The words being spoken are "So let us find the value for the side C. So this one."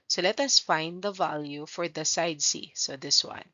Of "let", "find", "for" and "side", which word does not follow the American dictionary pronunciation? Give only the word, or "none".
none